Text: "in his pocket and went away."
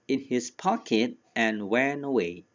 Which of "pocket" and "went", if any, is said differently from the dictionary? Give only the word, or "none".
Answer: went